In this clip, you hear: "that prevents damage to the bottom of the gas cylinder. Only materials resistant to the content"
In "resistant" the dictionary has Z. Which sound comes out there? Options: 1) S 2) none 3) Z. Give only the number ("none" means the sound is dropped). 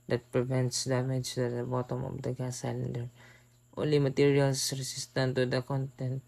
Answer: 1